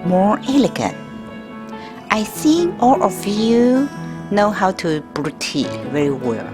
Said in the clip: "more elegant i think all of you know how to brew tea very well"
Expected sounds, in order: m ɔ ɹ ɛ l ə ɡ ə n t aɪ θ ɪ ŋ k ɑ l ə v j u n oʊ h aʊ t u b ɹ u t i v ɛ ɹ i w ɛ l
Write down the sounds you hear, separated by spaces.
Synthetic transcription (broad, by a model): m ɔ ɹ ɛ l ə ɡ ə n t aɪ s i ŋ ɑ l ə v j u n oʊ h aʊ t u b ɹ u t i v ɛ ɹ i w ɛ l